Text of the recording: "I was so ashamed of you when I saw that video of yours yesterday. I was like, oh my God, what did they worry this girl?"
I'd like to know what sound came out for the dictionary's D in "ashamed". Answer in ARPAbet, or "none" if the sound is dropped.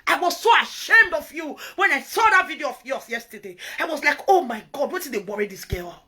D